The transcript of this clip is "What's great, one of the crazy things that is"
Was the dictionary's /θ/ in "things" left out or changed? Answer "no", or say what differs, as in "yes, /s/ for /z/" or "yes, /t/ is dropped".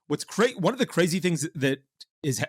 no